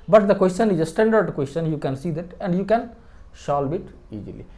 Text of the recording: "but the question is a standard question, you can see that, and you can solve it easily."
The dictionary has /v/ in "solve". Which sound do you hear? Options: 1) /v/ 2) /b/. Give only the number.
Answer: 2